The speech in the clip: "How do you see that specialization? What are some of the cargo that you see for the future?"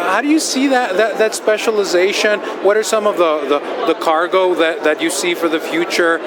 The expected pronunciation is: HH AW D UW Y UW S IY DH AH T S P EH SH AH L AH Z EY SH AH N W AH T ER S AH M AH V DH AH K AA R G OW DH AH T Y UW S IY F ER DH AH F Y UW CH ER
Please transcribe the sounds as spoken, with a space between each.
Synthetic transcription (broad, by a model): HH AW D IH Y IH S IY DH AH T S P EH SH AH L AH Z EY SH AH N W AH T ER S AH M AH V DH AH K AA R G OW DH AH T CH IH S IY F ER DH AH F Y UW CH ER